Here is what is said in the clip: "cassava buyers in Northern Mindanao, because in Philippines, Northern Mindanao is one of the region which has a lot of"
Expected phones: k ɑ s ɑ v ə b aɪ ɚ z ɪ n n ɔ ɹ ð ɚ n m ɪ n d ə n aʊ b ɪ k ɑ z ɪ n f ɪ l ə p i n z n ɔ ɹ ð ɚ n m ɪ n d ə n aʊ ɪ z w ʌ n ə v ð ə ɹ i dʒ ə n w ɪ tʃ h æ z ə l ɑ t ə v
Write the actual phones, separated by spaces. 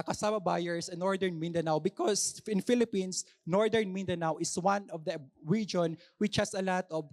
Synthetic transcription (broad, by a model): k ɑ s ɑ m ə b aɪ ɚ s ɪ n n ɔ ɹ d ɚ n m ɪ n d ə n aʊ b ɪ k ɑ s ɪ n f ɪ l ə p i n s n ɔ ɹ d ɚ n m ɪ n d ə n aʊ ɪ s w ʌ n ə v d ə ɹ i dʒ ə n w ɪ tʃ h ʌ s ə l ɑ t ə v